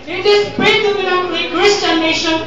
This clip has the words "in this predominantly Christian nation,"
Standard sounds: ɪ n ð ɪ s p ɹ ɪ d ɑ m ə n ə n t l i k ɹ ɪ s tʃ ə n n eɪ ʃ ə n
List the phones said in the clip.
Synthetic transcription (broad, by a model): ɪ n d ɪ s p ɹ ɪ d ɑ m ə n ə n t i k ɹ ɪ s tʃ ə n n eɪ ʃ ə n